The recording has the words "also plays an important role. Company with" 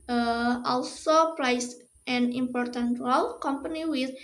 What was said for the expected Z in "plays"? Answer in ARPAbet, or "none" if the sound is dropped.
S